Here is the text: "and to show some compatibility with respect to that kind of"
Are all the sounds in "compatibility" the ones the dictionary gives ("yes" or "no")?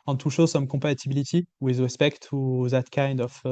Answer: no